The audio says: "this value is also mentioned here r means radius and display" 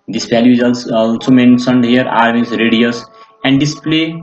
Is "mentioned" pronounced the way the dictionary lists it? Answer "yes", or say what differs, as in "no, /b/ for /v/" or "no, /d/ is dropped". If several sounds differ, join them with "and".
no, /s/ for /ʃ/